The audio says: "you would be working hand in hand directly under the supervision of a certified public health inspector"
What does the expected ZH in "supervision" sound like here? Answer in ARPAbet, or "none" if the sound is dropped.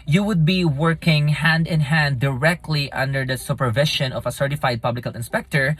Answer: SH